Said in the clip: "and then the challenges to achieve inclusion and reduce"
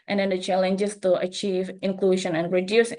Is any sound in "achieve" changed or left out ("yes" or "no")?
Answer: no